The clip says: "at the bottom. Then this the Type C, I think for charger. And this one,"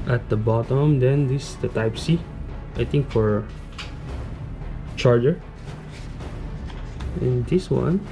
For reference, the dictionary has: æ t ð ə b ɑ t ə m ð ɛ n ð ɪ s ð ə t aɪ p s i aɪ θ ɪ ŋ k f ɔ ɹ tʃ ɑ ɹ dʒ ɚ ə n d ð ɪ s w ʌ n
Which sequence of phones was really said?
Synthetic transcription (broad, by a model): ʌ t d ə b ɑ t ə m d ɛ n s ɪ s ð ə t aɪ p s i aɪ t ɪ ŋ k f ɔ ɹ tʃ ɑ ɹ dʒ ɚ ə n d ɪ s w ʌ n